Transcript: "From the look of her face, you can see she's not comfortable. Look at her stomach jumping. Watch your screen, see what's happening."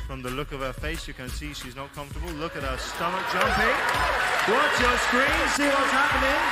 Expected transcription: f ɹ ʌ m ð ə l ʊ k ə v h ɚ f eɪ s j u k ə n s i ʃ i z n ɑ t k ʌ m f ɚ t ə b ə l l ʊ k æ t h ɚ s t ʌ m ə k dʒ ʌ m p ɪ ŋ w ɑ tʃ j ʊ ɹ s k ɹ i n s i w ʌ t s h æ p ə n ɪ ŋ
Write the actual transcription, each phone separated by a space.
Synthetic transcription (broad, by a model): f ɹ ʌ m ð ə l ʊ k ə v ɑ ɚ f eɪ s j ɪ k ə n s i ʃ i z n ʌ t k ʌ m f t ə b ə l l ʊ k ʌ t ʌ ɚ s t ʌ m ə k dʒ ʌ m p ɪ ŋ w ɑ s j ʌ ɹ s k ɹ i n s i w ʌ t s h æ p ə n ɪ ŋ